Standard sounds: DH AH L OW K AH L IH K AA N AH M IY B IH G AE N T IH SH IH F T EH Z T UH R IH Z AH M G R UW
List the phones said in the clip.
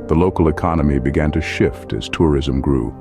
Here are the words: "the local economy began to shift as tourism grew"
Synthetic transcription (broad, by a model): DH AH L OW K L IH K AA N AH M IY B IH G AE N T IH SH IH F T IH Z T UH R IH Z AH M G R UW